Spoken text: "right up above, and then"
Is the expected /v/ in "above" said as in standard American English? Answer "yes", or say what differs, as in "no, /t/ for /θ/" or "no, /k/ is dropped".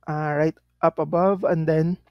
yes